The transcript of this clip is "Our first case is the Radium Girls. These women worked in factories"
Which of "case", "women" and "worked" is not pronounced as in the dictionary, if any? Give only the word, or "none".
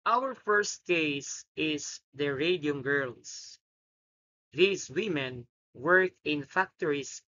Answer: worked